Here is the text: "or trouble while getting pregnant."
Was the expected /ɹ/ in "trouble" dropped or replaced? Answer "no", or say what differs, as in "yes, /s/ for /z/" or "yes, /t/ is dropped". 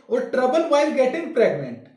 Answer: no